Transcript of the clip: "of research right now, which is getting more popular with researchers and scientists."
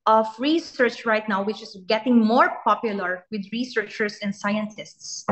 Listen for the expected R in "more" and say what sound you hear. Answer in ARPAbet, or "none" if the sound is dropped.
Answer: R